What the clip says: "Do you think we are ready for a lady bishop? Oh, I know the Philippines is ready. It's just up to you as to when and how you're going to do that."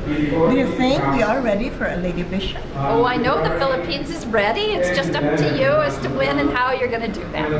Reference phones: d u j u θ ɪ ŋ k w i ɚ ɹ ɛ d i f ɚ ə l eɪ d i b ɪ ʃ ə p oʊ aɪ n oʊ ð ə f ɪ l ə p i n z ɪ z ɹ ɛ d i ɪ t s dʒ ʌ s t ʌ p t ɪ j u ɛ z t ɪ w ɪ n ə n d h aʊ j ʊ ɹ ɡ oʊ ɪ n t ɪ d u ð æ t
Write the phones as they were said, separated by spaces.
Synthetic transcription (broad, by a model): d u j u θ ɪ ŋ k w i ɚ ɹ ɛ d i f ɚ ə l eɪ d i b ɪ ʃ ə p oʊ aɪ n oʊ ð ə f ɪ l ə p i n z ɪ z ɹ ɛ d i ɪ t s dʒ ʌ s t ʌ p t ɪ j u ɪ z t ɪ w ɪ n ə n h aʊ j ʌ ɹ ɡ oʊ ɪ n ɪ d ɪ ð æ t